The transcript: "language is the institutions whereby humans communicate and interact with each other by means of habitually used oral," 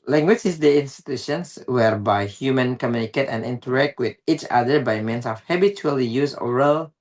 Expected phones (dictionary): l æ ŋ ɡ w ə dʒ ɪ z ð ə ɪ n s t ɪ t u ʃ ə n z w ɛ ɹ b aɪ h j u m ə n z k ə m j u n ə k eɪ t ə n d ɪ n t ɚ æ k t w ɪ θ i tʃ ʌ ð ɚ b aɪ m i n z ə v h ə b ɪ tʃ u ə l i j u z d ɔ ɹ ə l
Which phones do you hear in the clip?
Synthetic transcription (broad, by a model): l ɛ ŋ ɡ w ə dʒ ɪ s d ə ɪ n s t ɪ t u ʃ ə n s w ɛ ɹ b aɪ h j u m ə n k ə m j u n ə k eɪ t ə n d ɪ n t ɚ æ k t w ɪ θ i tʃ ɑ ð ɚ b aɪ m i n s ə f h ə b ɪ tʃ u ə l i j u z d ɔ ɹ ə l